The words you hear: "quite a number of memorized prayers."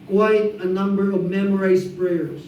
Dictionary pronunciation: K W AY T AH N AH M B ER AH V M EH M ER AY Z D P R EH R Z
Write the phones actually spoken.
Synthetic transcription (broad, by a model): K W AY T AH N AH M B ER AH V M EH M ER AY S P R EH R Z